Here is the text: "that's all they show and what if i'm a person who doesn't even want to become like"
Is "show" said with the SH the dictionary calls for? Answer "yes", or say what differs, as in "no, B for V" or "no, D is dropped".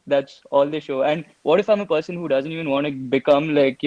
yes